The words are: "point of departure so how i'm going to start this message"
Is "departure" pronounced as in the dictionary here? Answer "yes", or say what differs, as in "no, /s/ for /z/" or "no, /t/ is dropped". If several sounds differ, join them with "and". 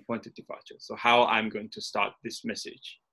no, /f/ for /p/